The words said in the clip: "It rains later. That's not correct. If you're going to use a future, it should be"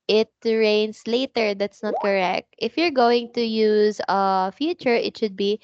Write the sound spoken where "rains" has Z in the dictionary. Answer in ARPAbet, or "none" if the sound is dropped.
S